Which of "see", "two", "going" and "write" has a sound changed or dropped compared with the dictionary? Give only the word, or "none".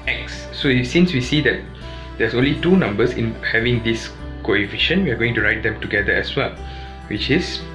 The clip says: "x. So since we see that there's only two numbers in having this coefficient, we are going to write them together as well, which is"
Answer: none